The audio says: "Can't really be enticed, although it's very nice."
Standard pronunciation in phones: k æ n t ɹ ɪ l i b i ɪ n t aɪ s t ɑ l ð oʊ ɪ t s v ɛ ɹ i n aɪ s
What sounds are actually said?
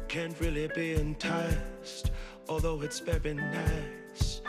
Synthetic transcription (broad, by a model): k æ n t ɹ ɪ l i b i ɪ n t aɪ s t ɑ l ð oʊ ɪ t s b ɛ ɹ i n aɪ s